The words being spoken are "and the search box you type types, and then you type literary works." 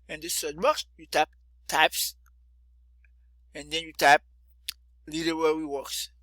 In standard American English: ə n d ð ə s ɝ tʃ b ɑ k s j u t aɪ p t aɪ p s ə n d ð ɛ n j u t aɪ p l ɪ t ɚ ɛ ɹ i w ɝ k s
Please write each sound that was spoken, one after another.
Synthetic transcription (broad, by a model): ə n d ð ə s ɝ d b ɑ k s j u t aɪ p t aɪ p s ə n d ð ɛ n j u t aɪ p l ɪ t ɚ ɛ w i w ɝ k s